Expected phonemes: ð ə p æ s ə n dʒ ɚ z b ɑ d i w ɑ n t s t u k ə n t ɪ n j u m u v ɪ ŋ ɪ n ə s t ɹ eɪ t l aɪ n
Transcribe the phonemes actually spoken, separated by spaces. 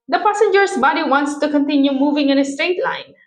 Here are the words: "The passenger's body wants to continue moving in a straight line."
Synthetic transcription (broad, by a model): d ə p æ s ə n dʒ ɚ s b ɑ d i w ɑ n t s t u k ə n t ɪ n j u m u v ɪ ŋ ɪ n ə s t ɹ eɪ t l aɪ n